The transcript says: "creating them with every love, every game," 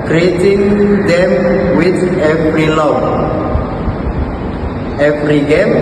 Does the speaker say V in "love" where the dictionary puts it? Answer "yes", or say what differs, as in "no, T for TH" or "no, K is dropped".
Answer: no, V is dropped